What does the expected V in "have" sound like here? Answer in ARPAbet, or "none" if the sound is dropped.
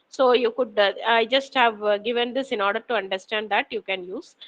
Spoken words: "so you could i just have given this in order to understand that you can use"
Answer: V